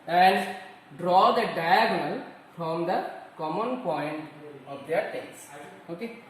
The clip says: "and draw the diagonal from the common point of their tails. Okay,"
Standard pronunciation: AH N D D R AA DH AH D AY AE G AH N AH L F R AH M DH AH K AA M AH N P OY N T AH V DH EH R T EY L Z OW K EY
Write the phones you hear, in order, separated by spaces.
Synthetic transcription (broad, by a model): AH N D D R AA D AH D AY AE G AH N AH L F R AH M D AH K AA M AH N P OY N T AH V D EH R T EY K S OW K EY